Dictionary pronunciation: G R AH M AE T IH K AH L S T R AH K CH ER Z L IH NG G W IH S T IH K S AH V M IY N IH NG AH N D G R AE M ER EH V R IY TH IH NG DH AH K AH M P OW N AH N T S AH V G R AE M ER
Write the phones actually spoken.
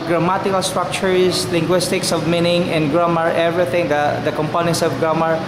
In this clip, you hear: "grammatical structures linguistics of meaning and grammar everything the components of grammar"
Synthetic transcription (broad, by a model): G R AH M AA T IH K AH L S T R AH K CH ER S L IH NG G W IH S T IH K S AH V M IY N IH NG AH N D G R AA M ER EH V R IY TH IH NG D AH K AH M P OW N AH N T S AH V G R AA M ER